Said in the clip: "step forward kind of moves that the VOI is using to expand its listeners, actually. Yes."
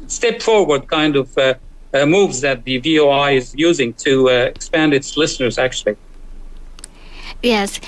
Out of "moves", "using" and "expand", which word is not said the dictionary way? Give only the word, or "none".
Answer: none